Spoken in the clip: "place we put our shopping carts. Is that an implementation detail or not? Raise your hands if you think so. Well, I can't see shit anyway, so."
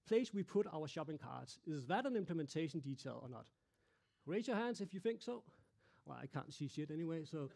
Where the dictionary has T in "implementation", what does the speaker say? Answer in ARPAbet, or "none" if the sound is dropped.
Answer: T